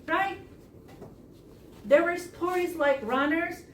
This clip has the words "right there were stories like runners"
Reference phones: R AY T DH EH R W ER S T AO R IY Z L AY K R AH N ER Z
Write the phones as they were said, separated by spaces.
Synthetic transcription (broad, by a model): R AY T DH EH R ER S T AO R IY Z L AY K R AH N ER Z